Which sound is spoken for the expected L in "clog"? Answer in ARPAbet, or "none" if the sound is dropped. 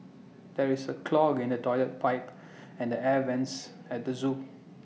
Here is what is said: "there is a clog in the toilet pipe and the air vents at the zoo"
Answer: L